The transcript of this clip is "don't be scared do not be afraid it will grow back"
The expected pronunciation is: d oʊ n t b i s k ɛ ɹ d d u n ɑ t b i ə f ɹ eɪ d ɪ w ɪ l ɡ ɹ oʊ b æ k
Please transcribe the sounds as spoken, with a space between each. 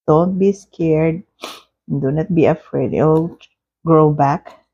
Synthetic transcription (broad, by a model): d oʊ n t b i s k ɛ ɹ d d u n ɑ t b i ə f ɹ eɪ ɪ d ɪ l ɡ ɹ oʊ b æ k